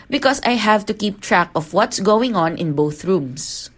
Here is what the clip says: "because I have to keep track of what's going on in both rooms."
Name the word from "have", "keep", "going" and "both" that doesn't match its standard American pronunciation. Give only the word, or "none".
none